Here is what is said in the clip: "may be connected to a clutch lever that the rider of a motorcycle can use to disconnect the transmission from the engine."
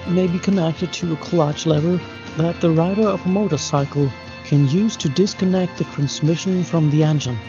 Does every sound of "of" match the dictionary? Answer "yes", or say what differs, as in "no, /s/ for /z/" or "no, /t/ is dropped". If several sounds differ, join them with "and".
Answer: yes